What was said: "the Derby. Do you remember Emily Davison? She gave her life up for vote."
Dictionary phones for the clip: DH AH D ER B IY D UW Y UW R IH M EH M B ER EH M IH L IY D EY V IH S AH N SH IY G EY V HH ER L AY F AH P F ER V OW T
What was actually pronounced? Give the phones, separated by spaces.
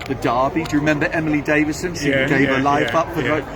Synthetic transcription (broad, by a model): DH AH D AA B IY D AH R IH M EH M B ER EH M IH L IY D EY V IH S AH N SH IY G EY V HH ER L AY F AH P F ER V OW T